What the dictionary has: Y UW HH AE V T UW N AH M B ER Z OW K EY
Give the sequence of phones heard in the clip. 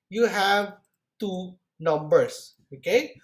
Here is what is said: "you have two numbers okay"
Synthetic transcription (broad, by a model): Y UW HH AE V T UW N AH M B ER S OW K EY